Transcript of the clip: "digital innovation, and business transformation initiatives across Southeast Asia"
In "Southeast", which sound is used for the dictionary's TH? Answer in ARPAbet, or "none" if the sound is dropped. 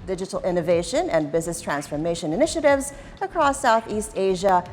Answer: TH